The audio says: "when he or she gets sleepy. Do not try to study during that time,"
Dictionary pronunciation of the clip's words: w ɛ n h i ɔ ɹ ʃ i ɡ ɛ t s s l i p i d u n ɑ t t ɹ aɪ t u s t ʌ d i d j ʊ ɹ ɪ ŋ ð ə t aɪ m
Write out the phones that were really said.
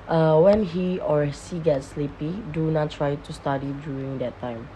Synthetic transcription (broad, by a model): w ɛ n h i ɔ ɹ s i ɡ ɛ t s s l i p i d u n ɑ t t ɹ aɪ t u s t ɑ d i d j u ɹ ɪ ŋ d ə t aɪ m